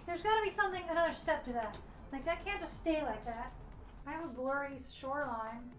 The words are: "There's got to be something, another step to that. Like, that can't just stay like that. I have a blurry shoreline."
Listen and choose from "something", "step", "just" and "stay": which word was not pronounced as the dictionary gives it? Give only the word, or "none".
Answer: none